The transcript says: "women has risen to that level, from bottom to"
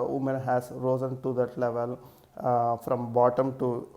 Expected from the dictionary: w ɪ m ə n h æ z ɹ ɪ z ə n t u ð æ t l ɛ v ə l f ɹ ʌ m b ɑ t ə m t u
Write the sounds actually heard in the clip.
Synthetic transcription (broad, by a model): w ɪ m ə n h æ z ɹ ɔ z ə n t u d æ t l ɛ v ə l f ɹ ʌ m b ɑ t ə m t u